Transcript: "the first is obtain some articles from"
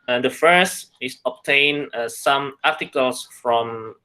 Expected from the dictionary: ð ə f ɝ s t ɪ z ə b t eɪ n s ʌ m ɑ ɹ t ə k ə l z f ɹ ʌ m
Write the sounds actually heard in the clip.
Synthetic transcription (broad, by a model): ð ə f ɝ s t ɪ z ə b t eɪ n s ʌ m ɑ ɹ t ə k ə l s f ɹ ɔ m